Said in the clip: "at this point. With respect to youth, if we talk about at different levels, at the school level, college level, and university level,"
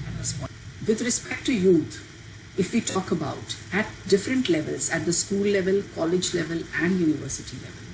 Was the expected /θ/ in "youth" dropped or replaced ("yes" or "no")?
yes